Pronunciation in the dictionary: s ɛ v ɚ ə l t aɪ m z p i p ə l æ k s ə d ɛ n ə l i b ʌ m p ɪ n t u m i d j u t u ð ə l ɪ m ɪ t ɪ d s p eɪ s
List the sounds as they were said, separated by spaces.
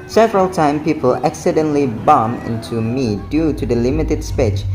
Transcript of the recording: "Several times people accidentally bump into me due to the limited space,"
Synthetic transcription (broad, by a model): s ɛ v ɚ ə l t aɪ m p i p ə l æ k s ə d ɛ n l i b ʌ m ɪ n t u m i d j u t u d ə l ɪ m ɪ t ɪ d s p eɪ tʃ